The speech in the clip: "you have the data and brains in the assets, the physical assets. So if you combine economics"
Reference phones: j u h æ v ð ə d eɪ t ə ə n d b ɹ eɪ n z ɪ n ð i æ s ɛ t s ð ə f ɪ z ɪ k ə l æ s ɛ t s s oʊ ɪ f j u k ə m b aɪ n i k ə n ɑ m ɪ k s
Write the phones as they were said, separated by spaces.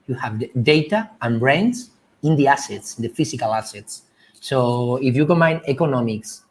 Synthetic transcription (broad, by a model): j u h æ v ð d eɪ t ə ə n b ɹ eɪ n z ɪ n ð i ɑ s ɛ t s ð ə f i s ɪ k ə l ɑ s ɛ t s s oʊ ɪ f j u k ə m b aɪ n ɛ k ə n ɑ m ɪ k s